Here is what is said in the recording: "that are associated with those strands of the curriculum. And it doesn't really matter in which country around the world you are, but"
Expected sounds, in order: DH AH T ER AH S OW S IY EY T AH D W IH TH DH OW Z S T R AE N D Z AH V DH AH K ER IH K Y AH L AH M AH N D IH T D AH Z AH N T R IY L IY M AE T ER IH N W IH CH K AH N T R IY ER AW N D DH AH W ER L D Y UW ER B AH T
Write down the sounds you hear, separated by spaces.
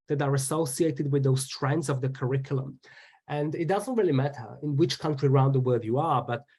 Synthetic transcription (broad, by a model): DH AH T ER AH S OW S IY EY T AH D W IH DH OW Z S T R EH N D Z AH V DH AH K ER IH K Y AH L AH M AH N D IH T D AH Z AH N T R IY L IY M AE T ER IH N W IH CH K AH N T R IY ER AW N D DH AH W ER D Y UW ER B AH T